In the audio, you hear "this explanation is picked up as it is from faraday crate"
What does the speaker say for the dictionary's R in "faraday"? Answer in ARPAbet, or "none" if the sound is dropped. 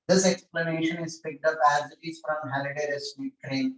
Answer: L